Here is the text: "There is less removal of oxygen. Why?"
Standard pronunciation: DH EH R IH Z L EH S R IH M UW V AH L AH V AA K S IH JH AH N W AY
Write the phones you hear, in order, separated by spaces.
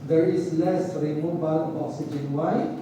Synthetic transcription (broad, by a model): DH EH R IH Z L EH S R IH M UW B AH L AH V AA S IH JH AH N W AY